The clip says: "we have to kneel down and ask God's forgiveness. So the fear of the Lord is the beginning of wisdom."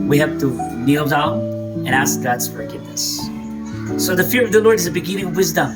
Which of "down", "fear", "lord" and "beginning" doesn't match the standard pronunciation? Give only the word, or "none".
down